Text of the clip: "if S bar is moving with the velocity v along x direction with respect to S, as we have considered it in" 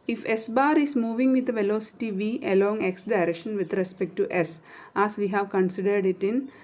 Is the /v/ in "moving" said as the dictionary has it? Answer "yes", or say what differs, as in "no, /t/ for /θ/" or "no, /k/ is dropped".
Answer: yes